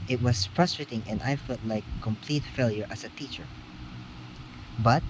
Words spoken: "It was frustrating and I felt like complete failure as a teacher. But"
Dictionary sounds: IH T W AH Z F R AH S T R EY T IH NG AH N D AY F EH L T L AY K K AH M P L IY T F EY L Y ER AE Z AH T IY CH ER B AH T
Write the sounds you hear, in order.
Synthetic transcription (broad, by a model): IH T W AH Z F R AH S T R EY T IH NG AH N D AY F EH L T L AY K K AH M P L IY T F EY L Y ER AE S AH T IY CH ER B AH T